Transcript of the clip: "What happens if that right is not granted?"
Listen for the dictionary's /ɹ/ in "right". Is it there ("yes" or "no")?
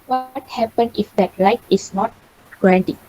no